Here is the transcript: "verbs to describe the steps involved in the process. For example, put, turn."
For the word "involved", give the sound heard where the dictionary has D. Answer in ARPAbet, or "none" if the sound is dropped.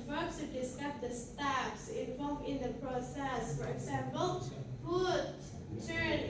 none